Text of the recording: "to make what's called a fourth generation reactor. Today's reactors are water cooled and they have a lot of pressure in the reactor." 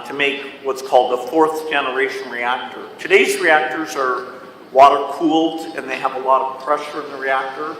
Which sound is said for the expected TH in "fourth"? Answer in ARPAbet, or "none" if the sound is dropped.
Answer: TH